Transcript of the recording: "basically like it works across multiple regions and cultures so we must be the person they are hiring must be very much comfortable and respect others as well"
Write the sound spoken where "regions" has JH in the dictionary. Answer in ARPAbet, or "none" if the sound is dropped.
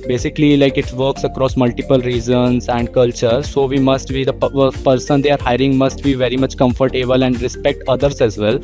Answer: Z